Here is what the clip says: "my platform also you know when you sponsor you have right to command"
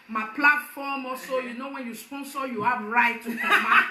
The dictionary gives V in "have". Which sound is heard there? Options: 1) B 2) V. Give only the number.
1